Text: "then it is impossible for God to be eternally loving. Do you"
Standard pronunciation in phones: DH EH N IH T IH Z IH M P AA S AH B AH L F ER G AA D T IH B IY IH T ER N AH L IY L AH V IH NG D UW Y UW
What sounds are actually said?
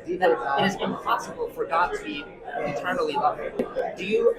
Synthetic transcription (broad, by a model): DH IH IH T IH Z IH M P AA S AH B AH L F ER G AA D T IH B IY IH T ER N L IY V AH P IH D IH Y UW